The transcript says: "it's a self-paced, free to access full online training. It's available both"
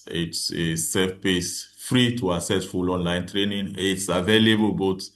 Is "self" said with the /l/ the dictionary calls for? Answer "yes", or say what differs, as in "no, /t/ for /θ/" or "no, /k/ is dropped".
no, /l/ is dropped